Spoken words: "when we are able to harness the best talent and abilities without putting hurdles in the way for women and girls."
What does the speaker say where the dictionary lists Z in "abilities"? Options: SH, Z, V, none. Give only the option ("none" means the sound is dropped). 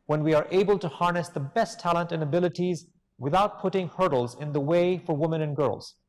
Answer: Z